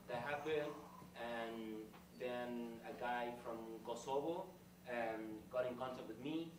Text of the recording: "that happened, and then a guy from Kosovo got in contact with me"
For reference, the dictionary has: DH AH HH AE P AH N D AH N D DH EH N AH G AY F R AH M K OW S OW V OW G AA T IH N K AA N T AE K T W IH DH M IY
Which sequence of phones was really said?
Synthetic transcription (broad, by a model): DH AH HH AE B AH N AH N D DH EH N AH G AY F R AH M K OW S OW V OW G AA T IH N K AA N T AE K T W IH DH M IY